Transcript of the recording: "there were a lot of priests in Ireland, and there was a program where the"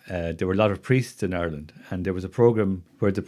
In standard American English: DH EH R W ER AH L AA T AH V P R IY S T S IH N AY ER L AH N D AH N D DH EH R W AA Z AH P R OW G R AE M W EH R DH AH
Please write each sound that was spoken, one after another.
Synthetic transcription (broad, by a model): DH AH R W ER AH L AA T AH V P R IY S T S IH N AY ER L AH N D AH N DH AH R W AA Z AH P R OW G R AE M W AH R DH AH